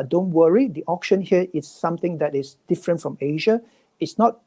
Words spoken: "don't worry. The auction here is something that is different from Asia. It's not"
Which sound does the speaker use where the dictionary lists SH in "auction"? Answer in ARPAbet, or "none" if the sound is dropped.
SH